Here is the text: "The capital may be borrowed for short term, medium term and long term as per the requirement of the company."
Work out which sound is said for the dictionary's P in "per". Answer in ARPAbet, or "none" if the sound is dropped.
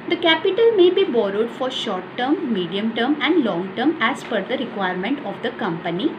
F